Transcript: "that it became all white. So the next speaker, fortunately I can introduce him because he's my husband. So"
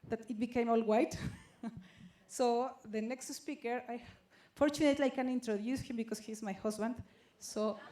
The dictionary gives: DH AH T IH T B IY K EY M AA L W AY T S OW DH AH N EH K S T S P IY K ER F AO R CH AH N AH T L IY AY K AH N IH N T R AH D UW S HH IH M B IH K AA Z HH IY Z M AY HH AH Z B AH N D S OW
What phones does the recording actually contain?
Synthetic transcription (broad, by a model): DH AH T IH T B IY K EY M AA L W AY T S OW DH AH N EH K S T S P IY K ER F AO R CH AH N AH T L IY AY K AH N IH N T R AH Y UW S HH IH M B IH K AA S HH IY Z M AY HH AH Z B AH N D S OW